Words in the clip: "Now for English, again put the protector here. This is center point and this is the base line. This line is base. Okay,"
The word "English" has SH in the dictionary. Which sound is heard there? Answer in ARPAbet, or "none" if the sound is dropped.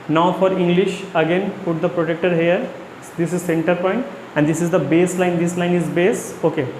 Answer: SH